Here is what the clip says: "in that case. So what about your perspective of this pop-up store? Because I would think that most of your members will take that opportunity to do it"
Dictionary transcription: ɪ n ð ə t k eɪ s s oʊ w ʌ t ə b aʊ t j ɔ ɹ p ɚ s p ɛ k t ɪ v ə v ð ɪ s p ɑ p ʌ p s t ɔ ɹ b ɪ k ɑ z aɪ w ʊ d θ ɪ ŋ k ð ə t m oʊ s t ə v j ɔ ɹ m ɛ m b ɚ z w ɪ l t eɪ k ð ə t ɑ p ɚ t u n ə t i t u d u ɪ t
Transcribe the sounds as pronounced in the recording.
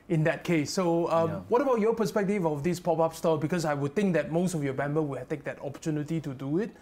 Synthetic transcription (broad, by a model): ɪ n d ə t k eɪ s s oʊ w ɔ t ə b aʊ t j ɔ p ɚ s p ɛ k t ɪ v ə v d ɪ s p ɑ p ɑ p s t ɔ b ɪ k ɑ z aɪ w ʊ d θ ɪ ŋ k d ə t m oʊ s t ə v j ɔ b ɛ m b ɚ w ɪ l t eɪ k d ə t ɑ p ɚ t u n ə t i t u d u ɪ t